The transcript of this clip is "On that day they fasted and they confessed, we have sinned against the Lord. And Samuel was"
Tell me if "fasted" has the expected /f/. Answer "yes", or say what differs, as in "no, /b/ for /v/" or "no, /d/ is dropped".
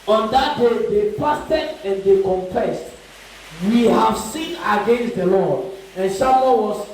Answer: no, /p/ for /f/